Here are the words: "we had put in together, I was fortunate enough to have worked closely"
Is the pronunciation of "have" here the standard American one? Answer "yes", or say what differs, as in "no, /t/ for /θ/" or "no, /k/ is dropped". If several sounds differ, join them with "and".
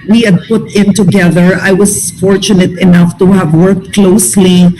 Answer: yes